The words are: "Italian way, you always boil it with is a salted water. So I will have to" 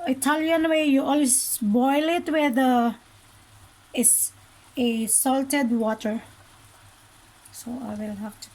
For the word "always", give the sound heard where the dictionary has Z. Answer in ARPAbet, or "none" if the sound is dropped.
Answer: S